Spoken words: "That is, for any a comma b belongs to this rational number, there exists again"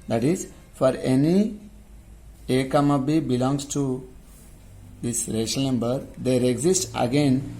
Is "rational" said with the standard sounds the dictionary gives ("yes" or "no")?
no